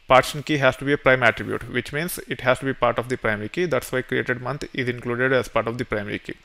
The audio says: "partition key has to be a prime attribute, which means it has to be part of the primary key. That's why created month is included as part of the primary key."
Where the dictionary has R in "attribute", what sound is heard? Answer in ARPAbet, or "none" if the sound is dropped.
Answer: R